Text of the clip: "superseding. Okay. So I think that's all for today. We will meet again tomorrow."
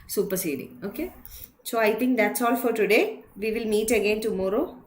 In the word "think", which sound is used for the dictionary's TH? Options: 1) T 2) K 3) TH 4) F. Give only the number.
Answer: 1